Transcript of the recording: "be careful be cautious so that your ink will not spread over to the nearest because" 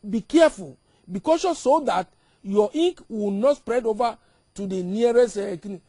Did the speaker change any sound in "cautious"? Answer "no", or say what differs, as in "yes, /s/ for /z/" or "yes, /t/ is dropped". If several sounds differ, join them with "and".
yes, /s/ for /ʃ/